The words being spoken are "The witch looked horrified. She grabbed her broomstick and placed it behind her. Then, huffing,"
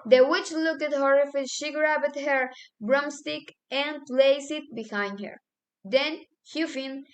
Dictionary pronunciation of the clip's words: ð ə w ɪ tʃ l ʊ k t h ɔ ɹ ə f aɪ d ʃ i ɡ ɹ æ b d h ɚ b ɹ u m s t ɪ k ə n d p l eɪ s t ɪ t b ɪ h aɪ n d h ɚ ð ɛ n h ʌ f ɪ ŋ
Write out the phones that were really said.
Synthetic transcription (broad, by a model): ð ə w ɪ tʃ l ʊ k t h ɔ ɹ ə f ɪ ʃ i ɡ ɹ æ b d h ɚ b ɹ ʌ m s t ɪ k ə n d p l eɪ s ɪ t b ɪ h aɪ n d h ɚ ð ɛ n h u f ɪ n